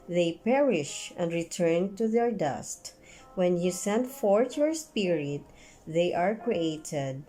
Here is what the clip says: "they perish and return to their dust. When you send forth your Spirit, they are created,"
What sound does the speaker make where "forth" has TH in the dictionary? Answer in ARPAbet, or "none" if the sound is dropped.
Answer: T